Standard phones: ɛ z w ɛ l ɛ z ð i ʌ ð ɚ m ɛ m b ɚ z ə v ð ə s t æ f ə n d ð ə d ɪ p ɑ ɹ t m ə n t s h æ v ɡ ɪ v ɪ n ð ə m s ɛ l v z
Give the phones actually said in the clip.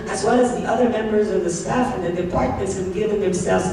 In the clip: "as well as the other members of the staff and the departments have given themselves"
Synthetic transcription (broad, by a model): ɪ z w ɛ l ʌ z ð i ʌ ð ɚ m ɛ m b ɚ z ə v ð ə s t æ f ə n ð ə d ɪ p ɑ ɹ t m ə n t s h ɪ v ɡ ɪ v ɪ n ð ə m s ɛ l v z